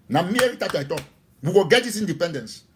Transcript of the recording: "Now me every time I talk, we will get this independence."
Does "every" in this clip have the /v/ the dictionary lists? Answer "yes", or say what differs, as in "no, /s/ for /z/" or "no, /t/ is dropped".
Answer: no, /v/ is dropped